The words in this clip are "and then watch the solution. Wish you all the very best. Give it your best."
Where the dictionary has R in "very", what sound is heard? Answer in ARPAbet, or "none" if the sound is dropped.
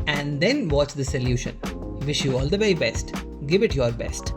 none